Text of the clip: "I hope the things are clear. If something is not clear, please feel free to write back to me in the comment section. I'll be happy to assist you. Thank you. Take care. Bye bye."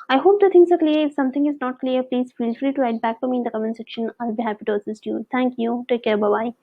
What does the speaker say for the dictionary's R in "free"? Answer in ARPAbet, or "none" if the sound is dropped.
L